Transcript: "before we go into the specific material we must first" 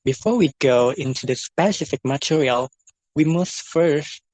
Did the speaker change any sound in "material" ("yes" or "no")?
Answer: no